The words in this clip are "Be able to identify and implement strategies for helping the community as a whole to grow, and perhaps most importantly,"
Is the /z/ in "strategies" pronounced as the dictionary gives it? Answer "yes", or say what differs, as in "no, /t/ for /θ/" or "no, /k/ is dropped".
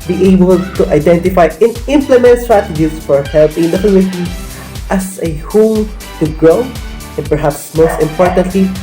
no, /s/ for /z/